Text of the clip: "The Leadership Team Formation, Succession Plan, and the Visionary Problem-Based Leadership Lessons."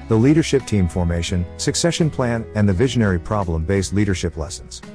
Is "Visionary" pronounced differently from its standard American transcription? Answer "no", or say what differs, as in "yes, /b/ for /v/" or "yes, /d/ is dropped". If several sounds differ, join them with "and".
no